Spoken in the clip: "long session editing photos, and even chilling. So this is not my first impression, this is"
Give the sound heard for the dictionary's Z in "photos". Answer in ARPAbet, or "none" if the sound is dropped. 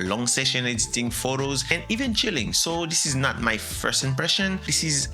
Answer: Z